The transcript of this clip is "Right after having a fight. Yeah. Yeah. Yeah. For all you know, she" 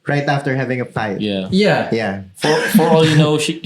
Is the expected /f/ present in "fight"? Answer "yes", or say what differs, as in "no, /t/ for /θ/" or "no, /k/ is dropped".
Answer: no, /p/ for /f/